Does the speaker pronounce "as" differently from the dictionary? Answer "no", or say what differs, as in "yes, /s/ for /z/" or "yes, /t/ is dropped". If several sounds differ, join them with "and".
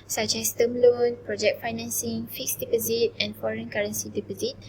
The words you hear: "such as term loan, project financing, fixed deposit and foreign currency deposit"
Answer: yes, /s/ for /z/